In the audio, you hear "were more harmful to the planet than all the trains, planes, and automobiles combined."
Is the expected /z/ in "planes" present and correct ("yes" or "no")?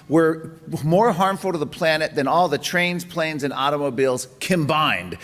yes